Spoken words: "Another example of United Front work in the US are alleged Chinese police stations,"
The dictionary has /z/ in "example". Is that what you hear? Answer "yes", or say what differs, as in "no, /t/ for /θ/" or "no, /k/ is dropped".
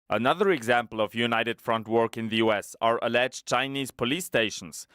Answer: yes